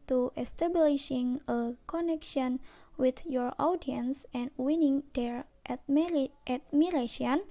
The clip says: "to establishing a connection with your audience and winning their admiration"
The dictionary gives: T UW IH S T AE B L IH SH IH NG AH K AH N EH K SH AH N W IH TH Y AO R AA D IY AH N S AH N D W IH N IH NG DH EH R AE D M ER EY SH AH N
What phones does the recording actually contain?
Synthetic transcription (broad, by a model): T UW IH S T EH B L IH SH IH NG AH K AH N EH K SH AH N W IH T Y AO R AA D IY AH N S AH N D W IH N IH NG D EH R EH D M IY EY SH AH N